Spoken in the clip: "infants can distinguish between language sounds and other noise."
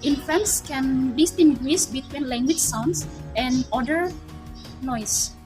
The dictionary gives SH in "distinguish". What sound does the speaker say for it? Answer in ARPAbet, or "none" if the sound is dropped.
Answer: S